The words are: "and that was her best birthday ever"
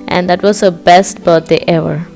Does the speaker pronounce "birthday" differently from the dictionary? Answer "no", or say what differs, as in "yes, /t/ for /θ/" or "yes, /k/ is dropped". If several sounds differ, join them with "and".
yes, /t/ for /θ/